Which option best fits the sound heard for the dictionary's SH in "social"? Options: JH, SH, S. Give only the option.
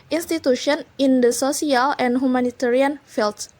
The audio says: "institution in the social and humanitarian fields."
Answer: S